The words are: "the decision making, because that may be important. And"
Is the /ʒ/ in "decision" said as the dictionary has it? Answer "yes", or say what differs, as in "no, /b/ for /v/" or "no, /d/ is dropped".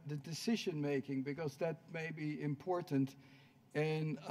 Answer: yes